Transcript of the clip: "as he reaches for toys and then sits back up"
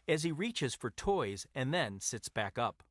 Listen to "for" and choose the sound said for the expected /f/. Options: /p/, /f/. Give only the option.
/f/